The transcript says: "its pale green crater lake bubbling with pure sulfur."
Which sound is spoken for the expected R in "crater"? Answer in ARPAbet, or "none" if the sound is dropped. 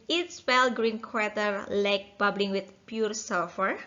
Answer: W